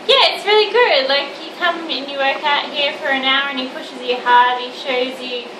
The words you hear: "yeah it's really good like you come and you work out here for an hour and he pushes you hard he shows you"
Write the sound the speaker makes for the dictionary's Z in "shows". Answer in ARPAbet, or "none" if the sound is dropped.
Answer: Z